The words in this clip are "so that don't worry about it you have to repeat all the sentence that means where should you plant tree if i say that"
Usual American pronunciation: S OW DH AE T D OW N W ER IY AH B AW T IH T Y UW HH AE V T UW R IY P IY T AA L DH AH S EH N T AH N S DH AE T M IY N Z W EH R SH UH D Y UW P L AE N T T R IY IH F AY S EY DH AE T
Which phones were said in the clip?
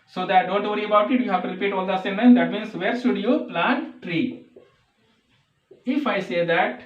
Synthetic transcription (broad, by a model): S OW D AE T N OW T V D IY AH B AW T IH T Y UW HH AE V T UW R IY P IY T AA L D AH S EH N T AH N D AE T M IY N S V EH R SH UH D Y UW P L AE N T T R IY IH F AY S EY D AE T